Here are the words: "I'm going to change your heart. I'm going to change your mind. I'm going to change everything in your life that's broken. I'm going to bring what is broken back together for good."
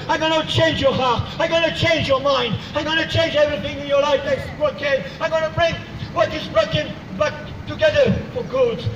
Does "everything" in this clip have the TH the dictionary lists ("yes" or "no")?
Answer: yes